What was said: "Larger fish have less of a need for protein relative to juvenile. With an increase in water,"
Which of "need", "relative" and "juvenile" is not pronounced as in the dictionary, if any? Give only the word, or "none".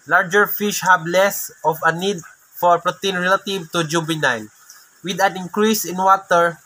juvenile